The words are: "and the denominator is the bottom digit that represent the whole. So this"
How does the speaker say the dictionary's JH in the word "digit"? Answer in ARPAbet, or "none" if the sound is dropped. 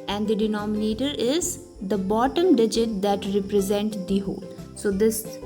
JH